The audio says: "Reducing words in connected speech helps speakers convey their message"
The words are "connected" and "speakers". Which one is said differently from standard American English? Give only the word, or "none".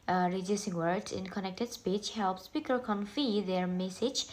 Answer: speakers